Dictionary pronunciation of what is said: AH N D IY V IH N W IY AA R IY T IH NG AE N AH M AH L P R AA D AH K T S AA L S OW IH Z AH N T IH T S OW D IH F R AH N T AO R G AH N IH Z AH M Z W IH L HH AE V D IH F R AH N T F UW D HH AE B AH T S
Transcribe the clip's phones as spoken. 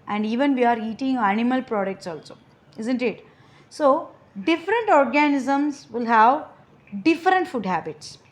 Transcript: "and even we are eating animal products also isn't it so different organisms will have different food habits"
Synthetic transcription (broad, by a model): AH N D IY V IH N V IY AA R IY T IH NG AE N AH M AH L P R AA D AH K T S AA L S OW IH Z AH N T IH T S OW D IH F R AH N T AO R G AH N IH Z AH M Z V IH L HH AE V D IH F R AH N T F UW D HH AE B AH T S